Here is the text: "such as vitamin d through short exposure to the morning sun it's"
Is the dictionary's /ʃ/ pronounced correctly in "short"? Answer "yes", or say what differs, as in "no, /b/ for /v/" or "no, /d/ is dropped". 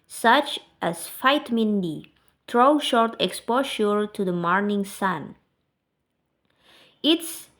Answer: yes